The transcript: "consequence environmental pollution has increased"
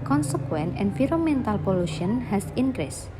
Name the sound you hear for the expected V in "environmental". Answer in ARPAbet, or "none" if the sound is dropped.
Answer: F